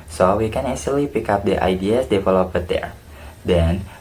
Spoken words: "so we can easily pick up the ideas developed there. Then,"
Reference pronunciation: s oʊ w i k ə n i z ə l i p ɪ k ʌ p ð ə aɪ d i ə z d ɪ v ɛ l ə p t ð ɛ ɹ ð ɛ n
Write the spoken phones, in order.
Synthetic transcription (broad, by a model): s oʊ w i k ə n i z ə l i p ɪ k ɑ p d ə aɪ d i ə s d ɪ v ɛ l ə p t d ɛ ɹ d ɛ n